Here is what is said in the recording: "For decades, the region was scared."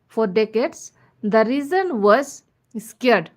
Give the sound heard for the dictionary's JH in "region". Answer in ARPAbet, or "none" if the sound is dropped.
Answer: Z